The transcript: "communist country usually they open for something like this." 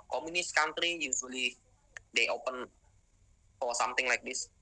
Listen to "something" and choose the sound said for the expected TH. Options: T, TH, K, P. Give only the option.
T